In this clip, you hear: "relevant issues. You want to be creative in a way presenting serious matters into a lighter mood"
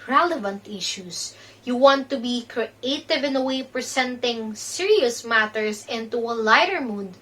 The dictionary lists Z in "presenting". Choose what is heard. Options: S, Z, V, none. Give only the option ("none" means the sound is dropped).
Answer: S